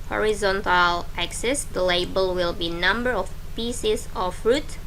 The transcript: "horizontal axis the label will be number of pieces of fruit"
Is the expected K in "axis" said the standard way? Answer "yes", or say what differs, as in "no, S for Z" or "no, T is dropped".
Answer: yes